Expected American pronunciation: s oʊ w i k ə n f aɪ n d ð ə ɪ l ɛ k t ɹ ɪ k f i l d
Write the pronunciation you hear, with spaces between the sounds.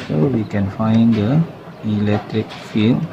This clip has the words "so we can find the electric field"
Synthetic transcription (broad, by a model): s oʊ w i k ə n f aɪ n d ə ɪ l ɛ k t ɹ ɪ k f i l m